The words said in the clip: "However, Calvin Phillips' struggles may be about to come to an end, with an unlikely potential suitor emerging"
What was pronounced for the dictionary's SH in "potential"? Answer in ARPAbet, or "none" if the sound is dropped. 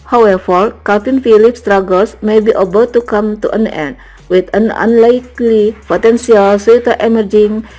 S